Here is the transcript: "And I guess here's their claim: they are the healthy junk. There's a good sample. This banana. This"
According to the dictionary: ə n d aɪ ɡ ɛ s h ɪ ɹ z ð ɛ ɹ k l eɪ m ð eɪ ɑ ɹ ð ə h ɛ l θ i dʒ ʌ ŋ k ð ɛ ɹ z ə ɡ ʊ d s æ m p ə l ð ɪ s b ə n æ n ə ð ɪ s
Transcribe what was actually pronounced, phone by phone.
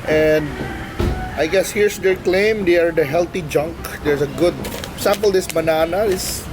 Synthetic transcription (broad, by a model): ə n d aɪ ɡ ɛ s h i ɹ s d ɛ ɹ k l eɪ m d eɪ ɑ ɹ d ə h ɛ l t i dʒ ʌ ŋ k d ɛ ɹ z ə ɡ ʊ d s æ m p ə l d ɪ s b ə n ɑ n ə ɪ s